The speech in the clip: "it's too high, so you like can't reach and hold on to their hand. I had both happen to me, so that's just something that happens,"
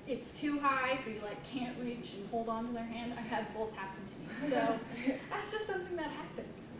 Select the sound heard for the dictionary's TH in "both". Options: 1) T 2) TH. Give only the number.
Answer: 2